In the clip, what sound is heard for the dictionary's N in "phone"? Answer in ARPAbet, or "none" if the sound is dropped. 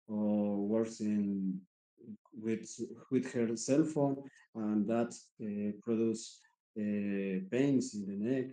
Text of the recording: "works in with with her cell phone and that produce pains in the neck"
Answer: N